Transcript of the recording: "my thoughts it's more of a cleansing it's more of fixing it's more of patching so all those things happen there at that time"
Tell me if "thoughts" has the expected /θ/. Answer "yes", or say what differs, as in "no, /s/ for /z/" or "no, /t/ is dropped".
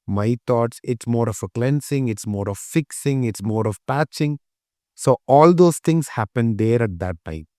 no, /t/ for /θ/